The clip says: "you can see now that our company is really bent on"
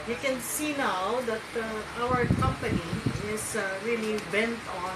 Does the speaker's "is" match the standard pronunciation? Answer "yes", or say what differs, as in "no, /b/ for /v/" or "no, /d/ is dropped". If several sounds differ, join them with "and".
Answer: no, /s/ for /z/